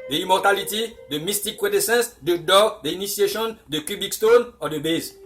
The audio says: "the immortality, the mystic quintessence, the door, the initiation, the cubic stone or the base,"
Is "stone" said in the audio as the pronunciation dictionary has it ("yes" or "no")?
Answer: yes